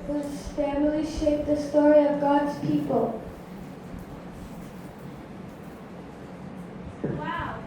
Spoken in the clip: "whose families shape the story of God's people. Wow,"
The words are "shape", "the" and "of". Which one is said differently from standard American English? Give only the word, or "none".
none